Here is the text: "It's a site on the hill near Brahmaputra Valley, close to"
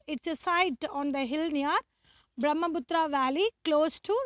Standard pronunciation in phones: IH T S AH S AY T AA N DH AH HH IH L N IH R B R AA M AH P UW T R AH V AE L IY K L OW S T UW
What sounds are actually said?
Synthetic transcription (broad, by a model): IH T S AH S AY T AA N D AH HH IH L N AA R B R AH M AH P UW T R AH V AE L IY K L OW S T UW